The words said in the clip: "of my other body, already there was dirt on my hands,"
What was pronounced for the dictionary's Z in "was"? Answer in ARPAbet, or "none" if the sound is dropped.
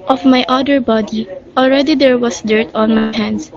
S